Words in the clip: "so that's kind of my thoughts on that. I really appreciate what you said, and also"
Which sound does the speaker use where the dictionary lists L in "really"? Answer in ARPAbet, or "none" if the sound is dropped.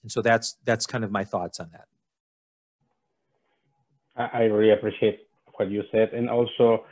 none